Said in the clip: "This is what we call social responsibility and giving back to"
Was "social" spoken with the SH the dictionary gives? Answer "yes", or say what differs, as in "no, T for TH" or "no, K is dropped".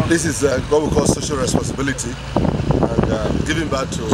yes